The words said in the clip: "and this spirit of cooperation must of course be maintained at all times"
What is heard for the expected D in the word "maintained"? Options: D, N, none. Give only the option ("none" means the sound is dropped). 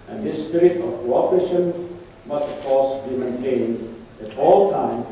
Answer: D